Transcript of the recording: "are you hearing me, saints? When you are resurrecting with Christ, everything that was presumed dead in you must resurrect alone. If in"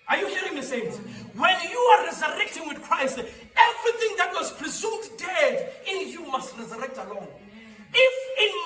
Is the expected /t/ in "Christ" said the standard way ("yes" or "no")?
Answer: yes